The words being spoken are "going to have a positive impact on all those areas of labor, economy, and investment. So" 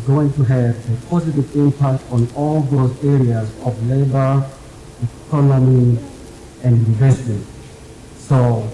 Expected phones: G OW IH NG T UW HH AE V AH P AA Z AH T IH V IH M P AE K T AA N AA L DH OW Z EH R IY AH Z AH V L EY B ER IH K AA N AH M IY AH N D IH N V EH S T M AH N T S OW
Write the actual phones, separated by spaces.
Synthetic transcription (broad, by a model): G OW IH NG T UW HH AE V AH P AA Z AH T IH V IH M P AE K T AA N AA L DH OW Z EH R IY AH Z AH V L EY B ER IH K AA N AH M IY AH N D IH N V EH S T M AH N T S OW